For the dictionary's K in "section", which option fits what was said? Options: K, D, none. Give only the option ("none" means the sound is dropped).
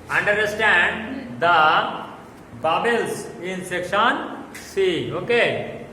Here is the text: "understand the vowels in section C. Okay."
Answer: K